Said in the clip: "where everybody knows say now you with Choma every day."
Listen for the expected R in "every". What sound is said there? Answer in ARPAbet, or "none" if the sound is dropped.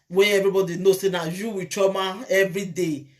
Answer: R